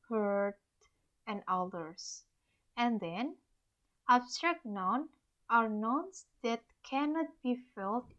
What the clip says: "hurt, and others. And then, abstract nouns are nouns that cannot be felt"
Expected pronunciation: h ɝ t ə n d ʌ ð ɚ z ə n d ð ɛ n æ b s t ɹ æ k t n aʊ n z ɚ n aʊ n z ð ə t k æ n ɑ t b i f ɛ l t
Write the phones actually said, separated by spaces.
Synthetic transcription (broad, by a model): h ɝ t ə n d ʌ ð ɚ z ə n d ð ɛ n æ b s t ɹ æ k t n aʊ n ɚ n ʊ n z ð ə t k æ n ɑ t b i f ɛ l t